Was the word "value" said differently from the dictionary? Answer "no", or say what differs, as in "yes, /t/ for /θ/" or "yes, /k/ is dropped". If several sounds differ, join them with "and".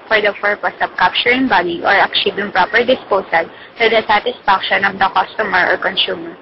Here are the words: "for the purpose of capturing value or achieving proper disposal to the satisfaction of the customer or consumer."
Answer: yes, /b/ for /v/